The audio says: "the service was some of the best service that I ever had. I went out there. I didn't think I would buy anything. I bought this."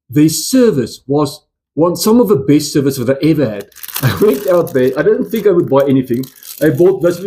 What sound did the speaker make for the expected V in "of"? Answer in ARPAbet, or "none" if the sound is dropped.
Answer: V